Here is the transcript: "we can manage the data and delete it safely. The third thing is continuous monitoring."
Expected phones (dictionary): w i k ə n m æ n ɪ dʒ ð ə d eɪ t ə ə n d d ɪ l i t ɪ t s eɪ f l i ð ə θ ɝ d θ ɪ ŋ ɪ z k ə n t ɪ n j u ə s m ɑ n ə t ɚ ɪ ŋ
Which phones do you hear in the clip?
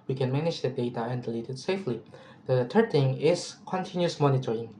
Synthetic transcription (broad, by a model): w i k ə n m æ n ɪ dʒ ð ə d eɪ t ə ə n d d ɪ l i t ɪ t s eɪ f l i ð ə t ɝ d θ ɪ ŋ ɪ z k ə n t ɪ n j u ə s m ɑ n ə t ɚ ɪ ŋ